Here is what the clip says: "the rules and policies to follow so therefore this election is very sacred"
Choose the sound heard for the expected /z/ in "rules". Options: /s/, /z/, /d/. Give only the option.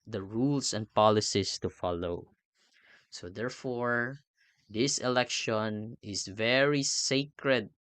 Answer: /s/